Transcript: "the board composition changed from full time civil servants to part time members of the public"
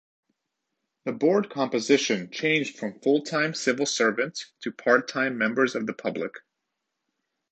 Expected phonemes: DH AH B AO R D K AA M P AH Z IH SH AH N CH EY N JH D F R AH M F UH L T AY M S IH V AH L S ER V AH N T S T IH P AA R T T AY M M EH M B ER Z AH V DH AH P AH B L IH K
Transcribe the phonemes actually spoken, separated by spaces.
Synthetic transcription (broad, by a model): DH AH B AO R D K AA M P AH Z IH SH AH N CH EY N JH D F R AH M F UH L T AY M S IH V L S ER V AH N T S T IH P AA R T T AY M M EH M B ER Z AH V DH AH P AH B L IH K